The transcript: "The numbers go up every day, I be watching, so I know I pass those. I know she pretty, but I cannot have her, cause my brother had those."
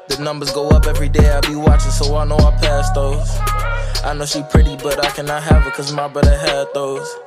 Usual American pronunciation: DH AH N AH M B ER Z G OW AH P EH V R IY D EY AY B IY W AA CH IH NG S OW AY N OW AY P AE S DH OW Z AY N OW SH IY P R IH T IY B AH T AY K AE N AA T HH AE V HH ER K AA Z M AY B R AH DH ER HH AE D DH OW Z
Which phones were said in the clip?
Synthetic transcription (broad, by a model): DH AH N AH M B ER Z G OW AH P EH V R IY D EY AY B IY W AA CH IH NG S OW AY N OW AY P AE S DH OW Z AY N OW SH IY P R IH T IY B AH T AY K AE N AA T HH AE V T K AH Z M AY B AH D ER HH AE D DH OW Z